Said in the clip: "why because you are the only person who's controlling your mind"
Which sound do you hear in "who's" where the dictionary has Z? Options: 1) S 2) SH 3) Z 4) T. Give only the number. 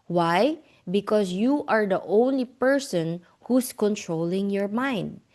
1